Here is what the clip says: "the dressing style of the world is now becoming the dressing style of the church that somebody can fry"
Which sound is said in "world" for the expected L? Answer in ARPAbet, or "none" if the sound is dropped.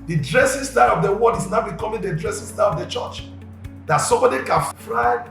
none